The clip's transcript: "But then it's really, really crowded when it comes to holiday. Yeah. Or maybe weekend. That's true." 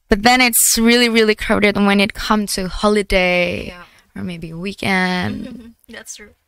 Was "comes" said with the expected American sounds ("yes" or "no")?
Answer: no